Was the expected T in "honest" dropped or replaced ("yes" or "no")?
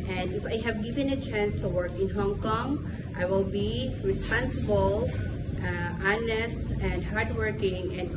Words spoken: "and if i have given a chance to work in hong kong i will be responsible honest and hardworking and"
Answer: no